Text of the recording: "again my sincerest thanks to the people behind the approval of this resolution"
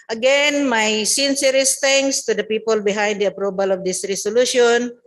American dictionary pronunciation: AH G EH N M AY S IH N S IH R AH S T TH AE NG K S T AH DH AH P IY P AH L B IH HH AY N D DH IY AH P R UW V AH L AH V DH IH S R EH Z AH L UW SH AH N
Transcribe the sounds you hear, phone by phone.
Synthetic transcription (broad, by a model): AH G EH N M AY S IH N S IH R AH S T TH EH NG K S T AH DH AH P IY P AH L B IH HH AY N D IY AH P R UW B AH L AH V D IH S R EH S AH L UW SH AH N